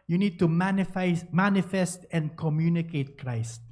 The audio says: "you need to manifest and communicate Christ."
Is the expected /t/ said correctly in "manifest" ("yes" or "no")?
yes